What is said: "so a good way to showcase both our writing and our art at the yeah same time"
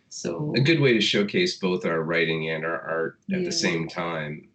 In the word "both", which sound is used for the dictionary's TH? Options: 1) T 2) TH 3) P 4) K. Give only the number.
2